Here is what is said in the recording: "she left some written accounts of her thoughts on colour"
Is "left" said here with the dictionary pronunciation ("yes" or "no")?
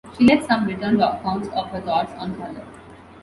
no